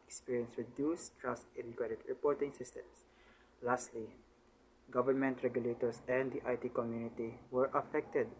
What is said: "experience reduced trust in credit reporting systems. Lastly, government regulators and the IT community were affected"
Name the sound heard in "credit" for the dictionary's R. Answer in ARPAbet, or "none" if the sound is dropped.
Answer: none